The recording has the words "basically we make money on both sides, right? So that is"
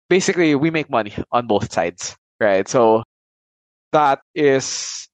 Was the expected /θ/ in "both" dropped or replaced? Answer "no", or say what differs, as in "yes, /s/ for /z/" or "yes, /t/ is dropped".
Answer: no